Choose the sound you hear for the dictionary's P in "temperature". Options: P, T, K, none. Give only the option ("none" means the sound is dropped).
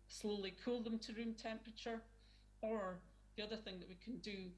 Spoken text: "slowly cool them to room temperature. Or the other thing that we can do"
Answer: P